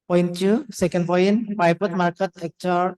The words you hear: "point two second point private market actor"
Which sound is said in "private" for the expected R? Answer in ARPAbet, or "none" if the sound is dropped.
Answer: none